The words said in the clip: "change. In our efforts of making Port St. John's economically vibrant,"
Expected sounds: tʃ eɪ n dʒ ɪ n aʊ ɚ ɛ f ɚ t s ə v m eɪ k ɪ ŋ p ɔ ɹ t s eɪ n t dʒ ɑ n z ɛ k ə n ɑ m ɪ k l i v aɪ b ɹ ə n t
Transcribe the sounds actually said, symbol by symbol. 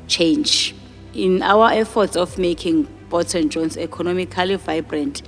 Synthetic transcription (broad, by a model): tʃ eɪ n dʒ ɪ n aʊ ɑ ɛ f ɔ t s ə f m eɪ k ɪ ŋ b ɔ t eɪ n dʒ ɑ n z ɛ k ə n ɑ m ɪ k l i v aɪ b ɹ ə n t